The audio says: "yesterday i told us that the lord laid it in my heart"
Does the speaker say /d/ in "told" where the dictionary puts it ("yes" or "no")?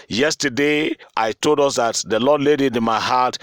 yes